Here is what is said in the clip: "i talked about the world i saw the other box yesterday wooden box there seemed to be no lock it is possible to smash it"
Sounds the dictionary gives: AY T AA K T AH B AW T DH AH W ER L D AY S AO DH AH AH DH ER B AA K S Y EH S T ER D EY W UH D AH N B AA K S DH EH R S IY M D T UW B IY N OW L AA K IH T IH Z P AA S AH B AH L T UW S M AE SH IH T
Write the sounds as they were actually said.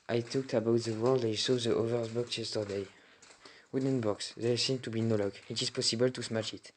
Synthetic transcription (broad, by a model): AY T AA K T AH B AW T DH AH W ER L D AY S AO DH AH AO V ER B AA K S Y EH S T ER D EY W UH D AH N B AA K S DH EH S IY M T UW B IY N OW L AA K IH T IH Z P AA S AH B AH L T UW S M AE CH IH T